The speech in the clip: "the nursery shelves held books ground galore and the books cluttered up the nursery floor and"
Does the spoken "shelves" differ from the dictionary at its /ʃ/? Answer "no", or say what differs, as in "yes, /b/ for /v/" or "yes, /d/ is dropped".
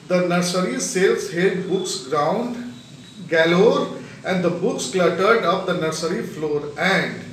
yes, /s/ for /ʃ/